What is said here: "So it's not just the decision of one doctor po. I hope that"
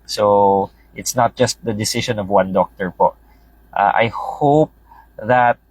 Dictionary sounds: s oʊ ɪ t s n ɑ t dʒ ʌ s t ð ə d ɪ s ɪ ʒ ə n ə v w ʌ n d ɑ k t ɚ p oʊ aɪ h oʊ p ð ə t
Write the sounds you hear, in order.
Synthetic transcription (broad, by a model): s oʊ ɪ t s n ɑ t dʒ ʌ s t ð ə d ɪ s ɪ ʃ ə n ə v w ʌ n d ɑ k t ɚ p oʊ aɪ h oʊ p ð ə t